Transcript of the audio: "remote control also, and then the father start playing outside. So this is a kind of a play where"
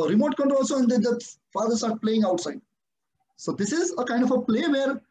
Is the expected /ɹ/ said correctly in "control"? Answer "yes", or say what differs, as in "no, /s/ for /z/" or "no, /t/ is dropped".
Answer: no, /ɹ/ is dropped